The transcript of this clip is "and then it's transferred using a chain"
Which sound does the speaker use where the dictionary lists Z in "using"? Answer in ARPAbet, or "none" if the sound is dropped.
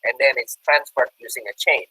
Z